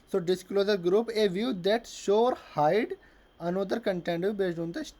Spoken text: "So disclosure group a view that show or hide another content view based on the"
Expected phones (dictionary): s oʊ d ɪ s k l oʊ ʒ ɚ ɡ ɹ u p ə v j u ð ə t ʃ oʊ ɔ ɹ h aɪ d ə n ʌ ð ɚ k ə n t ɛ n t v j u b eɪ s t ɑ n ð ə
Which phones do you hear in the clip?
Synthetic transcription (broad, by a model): s oʊ d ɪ s k l oʊ z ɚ ɡ ɹ u p ə v j u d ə t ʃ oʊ ɔ ɹ h aɪ d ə n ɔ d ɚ k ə n t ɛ n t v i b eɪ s ɑ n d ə